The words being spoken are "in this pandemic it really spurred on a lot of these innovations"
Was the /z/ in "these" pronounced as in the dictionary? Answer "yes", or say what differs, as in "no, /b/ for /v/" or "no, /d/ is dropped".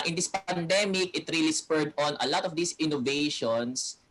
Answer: no, /s/ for /z/